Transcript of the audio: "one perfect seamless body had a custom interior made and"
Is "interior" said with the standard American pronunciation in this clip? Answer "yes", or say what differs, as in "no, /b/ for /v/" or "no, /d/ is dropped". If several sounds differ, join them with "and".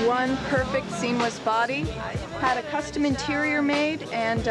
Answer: yes